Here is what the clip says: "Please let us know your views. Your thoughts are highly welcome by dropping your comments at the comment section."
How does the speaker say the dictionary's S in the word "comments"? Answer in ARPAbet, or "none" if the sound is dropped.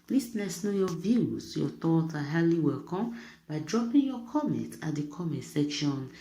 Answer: none